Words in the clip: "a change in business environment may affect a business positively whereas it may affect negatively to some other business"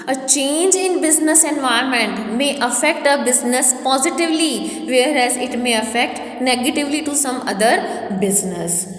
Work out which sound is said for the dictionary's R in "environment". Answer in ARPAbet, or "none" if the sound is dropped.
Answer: none